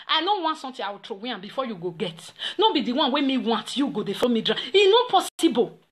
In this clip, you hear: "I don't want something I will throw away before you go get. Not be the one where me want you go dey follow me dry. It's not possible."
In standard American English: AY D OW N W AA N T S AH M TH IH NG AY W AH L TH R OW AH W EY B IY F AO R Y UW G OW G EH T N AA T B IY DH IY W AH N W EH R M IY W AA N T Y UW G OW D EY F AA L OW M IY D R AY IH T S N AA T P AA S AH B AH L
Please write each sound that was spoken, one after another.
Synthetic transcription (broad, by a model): AY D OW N W AA N T S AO M T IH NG AY W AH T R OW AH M B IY F AO Y UW G OW G EH T N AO B IY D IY W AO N W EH M IY W AA N T Y UW G OW D EY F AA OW M IY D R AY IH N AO P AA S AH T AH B